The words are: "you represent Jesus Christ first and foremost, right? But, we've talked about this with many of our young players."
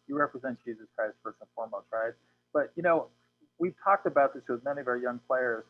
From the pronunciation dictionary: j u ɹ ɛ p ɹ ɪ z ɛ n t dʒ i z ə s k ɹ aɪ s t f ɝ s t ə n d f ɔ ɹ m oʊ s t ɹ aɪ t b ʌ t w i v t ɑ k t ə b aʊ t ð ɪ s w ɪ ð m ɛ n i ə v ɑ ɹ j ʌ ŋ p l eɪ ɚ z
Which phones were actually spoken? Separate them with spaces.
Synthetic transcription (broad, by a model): j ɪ ɹ ɛ p ɹ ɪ z ɛ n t dʒ i z ə s k ɹ aɪ s t f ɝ s ə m f ɔ ɹ m oʊ s t ɹ aɪ t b ʌ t w i v t ɑ k t ə b aʊ t ð ɪ s w ɪ ð m ɛ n i ə v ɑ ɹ j ʌ ŋ p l eɪ ɚ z